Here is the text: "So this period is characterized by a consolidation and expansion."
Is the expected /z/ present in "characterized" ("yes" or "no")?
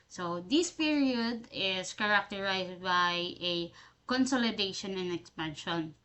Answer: no